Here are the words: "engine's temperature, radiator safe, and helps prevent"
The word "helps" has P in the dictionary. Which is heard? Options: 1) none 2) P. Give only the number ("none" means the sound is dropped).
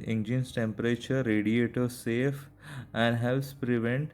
1